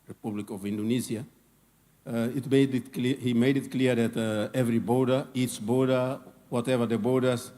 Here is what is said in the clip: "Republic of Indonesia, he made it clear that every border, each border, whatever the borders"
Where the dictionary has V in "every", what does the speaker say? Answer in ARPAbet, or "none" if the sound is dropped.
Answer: V